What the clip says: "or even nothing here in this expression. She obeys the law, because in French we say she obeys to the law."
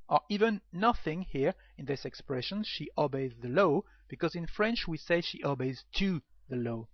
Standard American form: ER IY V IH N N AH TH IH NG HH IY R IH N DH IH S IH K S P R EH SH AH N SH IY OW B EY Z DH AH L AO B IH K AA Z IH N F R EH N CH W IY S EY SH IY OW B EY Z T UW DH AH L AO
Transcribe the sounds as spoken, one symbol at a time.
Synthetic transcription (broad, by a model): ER IY V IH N N AH TH IH NG HH IY R IH N DH IH S IH K S P R EH SH AH N SH IY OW B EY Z DH AH L AO B IH K AA Z IH N F R EH N CH W IY S EY SH IY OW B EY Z T UW DH AH L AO